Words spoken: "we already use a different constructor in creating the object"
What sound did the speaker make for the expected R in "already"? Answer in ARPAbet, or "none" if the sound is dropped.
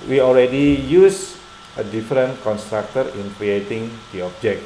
L